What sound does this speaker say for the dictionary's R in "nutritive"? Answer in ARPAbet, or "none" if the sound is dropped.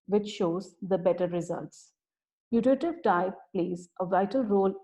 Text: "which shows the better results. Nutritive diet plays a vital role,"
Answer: none